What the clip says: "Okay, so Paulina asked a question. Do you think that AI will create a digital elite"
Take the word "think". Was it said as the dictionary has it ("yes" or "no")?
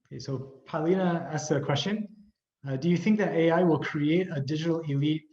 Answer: yes